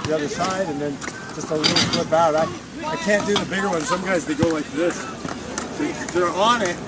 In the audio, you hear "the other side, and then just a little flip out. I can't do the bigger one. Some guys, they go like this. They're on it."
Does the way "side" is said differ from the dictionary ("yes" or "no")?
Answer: no